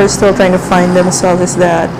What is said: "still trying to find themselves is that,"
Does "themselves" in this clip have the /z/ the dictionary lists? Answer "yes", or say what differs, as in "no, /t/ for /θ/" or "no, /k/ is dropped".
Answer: no, /z/ is dropped